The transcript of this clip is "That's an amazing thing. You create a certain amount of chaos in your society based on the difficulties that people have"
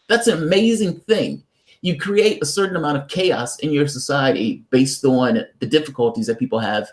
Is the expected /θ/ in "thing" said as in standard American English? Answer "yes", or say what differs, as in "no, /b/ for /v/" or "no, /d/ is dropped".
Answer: yes